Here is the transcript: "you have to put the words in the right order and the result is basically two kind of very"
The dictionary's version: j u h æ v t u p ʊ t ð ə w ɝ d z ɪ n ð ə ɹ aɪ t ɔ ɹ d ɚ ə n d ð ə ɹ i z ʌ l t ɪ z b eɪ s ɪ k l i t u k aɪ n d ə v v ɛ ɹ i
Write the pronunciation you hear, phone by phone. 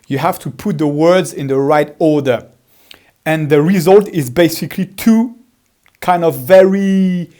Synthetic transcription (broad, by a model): j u h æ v t u p ʊ t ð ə w ɝ d z ɪ n ð ə ɹ aɪ t ɔ ɹ d ɚ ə n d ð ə ɹ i z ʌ l t ɪ z b eɪ s ɪ k l i t u k aɪ n d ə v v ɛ ɹ i